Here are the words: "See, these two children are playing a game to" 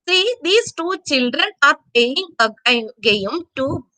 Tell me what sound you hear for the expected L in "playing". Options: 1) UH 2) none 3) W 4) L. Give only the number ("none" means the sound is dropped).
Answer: 2